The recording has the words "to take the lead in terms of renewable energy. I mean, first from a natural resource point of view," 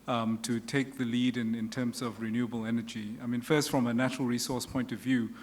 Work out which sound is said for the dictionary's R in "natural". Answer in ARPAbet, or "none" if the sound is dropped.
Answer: R